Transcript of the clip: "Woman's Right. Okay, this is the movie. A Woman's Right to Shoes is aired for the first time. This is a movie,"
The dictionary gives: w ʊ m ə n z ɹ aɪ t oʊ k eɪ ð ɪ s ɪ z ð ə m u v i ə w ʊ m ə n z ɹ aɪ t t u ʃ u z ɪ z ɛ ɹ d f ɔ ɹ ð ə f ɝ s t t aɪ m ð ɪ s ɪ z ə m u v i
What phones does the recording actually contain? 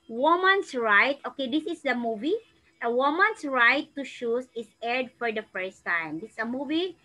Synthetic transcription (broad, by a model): w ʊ m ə n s ɹ aɪ t oʊ k eɪ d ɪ s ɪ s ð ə m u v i ə w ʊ m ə n s ɹ aɪ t t u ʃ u s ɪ s ɛ ɹ d f ɔ ɹ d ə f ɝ s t t aɪ m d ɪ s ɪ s ə m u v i